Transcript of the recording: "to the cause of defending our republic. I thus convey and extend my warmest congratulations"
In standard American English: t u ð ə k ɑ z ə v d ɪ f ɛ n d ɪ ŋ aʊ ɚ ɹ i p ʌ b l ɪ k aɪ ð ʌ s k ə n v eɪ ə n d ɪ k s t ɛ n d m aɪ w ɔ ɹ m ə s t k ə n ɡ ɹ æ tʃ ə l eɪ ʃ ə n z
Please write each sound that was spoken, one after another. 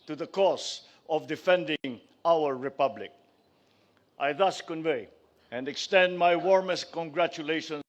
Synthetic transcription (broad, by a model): t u ð ə k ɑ s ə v d ɪ f ɛ n d ɪ ŋ aʊ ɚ ɹ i p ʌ b l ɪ k aɪ ð ʌ s k ə n v eɪ ə n d ɪ k s t ɛ n d m aɪ w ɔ ɹ m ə s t k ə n ɡ ɹ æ tʃ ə l eɪ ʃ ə n